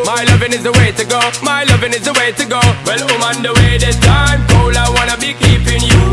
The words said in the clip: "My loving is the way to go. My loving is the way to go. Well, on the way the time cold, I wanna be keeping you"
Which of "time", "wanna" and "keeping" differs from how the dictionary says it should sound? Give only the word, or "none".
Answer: time